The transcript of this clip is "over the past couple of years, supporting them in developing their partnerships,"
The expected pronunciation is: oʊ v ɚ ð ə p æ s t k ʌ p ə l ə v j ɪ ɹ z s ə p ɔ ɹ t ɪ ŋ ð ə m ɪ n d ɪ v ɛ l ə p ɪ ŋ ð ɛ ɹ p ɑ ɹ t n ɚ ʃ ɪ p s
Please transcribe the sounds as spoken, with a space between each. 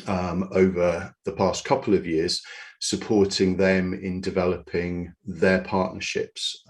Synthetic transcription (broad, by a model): oʊ v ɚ ð ə p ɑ s k ʌ p ə l ə v j ɪ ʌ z s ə p ɔ t ɪ ŋ ð ə m ɪ n d ɪ v ɛ l ə p ɪ ŋ ð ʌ p ɑ t n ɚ ʃ ɪ p s